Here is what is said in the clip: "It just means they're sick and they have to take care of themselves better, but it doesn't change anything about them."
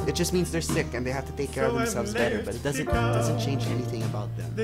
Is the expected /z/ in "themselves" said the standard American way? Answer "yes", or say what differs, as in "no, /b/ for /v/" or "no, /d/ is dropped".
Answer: yes